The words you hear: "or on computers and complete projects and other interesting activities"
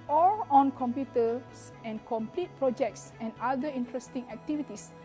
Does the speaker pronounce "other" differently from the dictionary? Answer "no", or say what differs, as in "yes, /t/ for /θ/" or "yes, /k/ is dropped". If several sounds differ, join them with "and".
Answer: yes, /ð/ is dropped